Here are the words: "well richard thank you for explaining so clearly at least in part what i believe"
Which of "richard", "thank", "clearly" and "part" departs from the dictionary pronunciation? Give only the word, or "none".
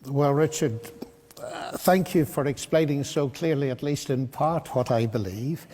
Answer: none